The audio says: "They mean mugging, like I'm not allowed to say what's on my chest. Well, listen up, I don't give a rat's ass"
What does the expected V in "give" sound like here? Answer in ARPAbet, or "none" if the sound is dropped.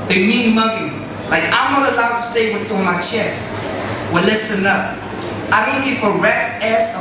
F